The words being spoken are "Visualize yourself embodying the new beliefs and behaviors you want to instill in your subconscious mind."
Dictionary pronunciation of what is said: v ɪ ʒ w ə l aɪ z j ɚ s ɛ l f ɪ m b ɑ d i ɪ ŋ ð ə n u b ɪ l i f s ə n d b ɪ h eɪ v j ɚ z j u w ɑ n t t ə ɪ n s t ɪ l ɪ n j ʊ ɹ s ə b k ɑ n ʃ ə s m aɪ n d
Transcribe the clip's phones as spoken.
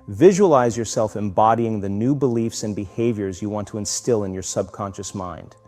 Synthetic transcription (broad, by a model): v ɪ ʒ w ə l aɪ z j ɚ s ɛ l f ɪ m b ɑ d i ɪ ŋ ð ə n u b ɪ l i f s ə n b ɪ h eɪ v j ɚ z j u w ɑ n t t ə ɪ n s t ɪ l ɪ n j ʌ ɹ s ə b k ɑ n ʃ ə s m aɪ n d